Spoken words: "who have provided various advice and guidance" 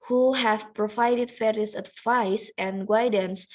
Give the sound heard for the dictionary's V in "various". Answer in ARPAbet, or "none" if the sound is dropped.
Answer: F